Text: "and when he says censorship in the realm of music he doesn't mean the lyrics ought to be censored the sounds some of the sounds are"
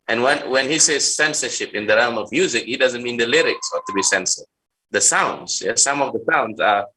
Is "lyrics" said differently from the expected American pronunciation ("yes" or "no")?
no